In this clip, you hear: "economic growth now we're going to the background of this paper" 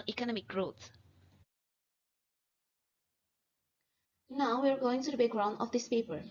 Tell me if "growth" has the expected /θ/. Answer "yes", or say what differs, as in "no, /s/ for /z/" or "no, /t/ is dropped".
no, /s/ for /θ/